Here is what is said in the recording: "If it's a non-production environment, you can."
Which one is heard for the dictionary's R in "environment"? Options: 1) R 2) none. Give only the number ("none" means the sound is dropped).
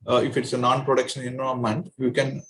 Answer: 2